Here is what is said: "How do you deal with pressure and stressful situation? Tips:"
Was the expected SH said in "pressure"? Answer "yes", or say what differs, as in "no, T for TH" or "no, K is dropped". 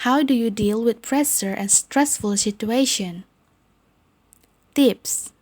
no, S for SH